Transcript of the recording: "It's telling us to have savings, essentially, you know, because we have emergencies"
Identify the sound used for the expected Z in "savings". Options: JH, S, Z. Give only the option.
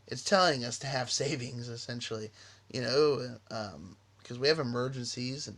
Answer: Z